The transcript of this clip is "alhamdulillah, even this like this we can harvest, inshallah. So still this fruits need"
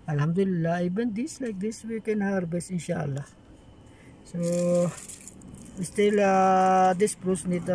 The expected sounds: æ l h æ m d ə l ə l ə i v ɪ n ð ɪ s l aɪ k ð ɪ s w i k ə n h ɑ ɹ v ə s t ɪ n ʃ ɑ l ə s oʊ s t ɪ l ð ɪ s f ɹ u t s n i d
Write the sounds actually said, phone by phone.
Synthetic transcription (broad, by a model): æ l h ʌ m d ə l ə l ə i b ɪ n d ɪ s l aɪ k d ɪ s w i k ə n h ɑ ɹ b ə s ɪ n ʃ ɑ l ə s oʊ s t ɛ l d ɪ s p ɹ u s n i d